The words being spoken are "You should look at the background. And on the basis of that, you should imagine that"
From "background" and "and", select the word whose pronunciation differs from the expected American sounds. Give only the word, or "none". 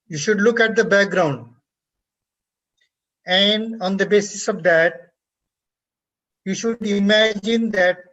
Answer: none